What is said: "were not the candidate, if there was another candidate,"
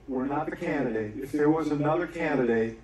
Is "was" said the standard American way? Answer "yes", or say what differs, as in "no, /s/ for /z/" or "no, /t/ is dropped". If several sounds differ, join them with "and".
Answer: yes